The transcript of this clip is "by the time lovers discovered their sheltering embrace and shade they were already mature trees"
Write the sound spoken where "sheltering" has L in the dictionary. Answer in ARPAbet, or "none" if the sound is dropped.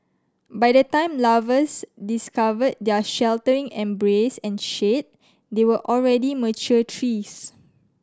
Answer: L